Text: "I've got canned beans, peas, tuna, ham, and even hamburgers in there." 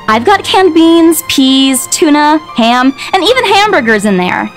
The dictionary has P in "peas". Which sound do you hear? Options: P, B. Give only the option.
P